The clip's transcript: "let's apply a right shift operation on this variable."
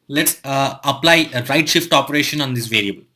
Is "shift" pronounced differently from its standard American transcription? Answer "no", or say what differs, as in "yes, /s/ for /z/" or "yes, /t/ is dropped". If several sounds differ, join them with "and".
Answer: no